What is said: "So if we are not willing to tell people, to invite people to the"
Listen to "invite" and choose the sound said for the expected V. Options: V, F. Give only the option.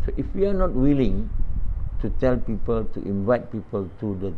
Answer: V